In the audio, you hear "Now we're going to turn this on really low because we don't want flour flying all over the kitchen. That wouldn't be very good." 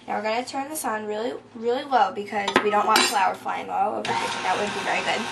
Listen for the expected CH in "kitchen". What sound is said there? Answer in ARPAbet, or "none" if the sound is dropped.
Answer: none